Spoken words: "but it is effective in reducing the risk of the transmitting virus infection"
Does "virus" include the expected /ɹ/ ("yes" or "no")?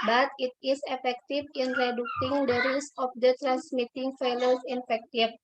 no